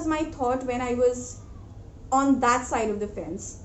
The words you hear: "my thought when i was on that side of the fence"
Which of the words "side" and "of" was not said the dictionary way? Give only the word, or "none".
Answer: none